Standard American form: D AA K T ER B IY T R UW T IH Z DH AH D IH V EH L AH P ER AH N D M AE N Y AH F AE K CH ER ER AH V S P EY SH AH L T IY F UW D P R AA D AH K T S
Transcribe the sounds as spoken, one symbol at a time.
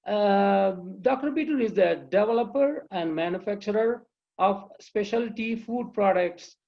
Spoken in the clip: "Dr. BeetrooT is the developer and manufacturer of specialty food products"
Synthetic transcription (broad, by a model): D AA K T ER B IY T UW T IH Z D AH D IH V EH L AH P ER AH N D M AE N Y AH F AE K CH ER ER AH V S P EY SH AH L T IY F UW D P R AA D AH K T S